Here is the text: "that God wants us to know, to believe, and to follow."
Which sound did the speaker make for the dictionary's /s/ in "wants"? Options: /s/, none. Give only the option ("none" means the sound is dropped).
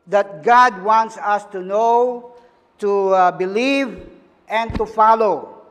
/s/